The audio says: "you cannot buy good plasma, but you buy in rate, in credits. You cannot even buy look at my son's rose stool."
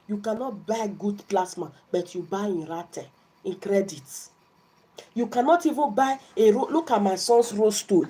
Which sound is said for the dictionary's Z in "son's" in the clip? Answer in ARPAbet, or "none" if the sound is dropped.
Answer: S